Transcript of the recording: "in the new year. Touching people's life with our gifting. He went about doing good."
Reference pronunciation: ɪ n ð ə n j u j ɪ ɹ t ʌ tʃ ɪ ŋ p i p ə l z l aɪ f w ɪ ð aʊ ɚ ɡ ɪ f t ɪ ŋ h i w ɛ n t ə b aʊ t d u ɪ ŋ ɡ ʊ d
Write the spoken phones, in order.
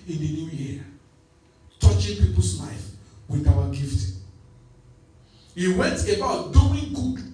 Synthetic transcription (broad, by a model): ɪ n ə n j u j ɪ t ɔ tʃ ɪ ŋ p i p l s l aɪ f w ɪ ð aʊ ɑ ɡ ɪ f t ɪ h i w ɛ n t ə b aʊ t d u ɪ ŋ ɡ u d